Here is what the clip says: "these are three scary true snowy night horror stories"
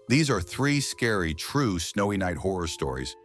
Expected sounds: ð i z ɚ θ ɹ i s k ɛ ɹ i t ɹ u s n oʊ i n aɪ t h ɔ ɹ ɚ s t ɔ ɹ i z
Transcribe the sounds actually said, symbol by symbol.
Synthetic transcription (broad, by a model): ð i z ɚ θ ɹ i s k ɛ ɹ i t ɹ u s n oʊ i n aɪ t h ɔ ɹ ɚ s t ɔ ɹ i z